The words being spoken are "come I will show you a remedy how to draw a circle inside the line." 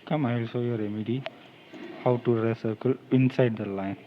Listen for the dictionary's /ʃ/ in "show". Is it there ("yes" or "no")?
no